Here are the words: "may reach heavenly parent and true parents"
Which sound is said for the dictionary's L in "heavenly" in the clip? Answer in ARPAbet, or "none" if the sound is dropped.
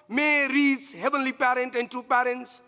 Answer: L